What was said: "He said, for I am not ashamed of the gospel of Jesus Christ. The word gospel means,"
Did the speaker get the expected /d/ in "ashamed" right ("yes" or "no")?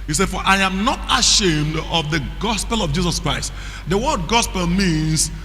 yes